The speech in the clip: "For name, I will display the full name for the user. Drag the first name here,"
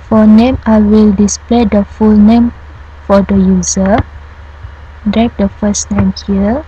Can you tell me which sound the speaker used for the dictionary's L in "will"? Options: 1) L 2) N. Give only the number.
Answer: 1